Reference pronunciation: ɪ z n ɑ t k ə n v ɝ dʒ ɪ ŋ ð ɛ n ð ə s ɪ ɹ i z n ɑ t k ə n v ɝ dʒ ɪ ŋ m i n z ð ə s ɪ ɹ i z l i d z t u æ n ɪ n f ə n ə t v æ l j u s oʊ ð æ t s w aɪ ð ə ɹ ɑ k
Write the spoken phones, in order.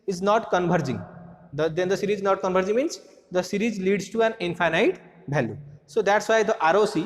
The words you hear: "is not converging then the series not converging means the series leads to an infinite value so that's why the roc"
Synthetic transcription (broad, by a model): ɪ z n ɑ t k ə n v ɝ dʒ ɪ ŋ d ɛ n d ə s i ɹ i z n ɑ t k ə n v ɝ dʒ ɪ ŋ m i n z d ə s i ɹ i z l i d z t u æ n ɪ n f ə n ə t b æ l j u s oʊ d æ t s w aɪ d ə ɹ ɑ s